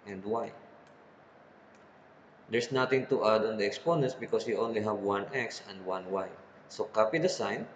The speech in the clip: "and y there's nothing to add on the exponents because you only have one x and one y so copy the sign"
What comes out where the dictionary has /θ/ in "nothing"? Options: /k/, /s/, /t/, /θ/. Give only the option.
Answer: /t/